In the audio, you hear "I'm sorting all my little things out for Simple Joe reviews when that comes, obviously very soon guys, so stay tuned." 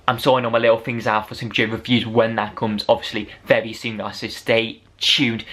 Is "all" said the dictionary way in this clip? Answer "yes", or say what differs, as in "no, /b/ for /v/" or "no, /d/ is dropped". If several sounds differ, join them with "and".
no, /n/ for /l/